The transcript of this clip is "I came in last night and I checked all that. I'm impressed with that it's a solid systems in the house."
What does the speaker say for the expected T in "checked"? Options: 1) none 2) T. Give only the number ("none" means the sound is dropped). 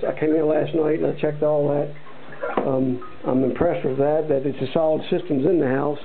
2